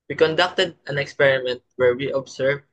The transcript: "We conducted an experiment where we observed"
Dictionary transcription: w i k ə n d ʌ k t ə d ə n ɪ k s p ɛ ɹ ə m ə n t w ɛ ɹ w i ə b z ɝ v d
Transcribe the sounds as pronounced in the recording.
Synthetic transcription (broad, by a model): w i k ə n d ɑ k t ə d ə n ɪ k s p ɛ ɹ ə m ə n t w ɛ ɹ w i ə b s ɝ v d